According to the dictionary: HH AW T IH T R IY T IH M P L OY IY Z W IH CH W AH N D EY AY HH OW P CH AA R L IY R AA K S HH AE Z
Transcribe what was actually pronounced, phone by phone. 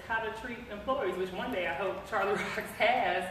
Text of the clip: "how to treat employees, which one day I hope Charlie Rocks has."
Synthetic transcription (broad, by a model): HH AW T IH T R IY T IH M P L OY IY Z W IH CH W AH N D EY AY HH OW P CH AA R L IY R AA K S HH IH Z